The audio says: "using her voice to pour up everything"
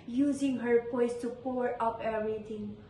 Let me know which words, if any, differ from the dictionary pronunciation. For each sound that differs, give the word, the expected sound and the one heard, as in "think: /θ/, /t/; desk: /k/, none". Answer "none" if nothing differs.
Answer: voice: /v/, /p/